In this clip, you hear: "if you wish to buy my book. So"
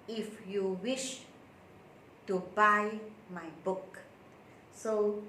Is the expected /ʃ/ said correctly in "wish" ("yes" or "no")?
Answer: yes